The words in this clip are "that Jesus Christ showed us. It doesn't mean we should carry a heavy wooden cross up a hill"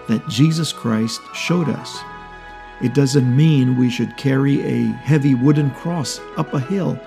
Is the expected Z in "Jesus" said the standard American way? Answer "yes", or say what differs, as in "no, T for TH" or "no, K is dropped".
yes